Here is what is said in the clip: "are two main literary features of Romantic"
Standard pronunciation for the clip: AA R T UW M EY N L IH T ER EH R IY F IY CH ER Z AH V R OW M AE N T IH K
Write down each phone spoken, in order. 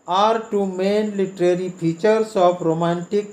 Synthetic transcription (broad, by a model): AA R T UW M EY N L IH T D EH R IY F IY CH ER S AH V R OW M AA N T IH K